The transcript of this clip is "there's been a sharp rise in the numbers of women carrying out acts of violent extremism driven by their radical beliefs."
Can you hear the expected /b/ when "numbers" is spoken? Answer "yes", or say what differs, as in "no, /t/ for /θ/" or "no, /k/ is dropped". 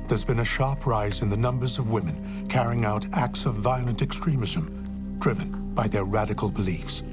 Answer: yes